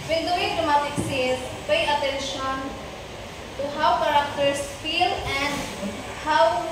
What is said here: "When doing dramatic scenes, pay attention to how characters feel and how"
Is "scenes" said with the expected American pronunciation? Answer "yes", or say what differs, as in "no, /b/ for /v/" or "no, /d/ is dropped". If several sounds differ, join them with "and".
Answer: no, /n/ is dropped